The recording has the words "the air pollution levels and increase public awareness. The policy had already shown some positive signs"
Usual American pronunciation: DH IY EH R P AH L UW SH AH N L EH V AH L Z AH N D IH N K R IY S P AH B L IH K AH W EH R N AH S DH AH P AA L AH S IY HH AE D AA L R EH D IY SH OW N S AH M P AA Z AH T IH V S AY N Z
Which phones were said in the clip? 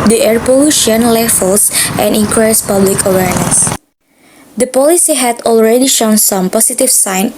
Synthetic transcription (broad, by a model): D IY EH R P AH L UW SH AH N L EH F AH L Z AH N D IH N K R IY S P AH B L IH K AH W EH R N AH S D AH P AA L AH S IY HH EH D AA L R EH D IY SH OW N S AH M P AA S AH T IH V S AY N